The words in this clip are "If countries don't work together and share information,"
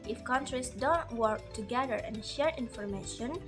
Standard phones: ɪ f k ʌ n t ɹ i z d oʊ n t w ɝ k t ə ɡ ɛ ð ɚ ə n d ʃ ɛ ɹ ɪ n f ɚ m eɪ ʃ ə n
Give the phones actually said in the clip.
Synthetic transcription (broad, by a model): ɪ f k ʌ n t ɹ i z d oʊ n t w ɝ k t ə ɡ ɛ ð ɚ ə n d ʃ ɛ ɹ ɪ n f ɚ m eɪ ʃ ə n